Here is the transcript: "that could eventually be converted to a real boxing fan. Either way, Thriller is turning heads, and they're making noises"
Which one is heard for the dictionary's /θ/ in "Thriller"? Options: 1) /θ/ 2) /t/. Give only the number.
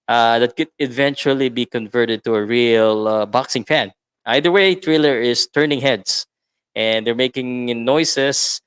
2